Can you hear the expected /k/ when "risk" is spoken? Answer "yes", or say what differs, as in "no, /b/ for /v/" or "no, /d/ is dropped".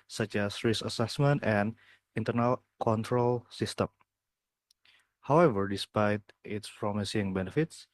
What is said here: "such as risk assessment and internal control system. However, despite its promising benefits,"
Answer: no, /k/ is dropped